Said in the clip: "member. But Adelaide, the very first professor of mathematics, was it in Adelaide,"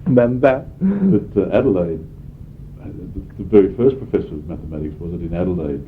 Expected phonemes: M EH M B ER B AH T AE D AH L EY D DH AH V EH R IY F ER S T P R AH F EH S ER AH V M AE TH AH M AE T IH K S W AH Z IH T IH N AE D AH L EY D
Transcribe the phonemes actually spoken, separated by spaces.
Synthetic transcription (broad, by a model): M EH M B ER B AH T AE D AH L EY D DH AH V EH R IY F ER S P R AH F EH S ER AH V M AE TH AH M AE T IH K S W AH Z IH T IH N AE D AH L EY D